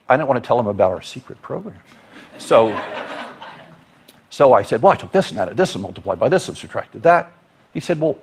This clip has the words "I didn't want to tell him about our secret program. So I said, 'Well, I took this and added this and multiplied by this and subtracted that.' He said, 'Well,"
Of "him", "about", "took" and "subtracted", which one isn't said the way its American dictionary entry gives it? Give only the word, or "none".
subtracted